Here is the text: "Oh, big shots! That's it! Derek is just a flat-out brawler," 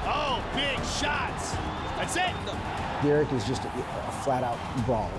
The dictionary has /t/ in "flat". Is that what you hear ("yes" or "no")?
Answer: yes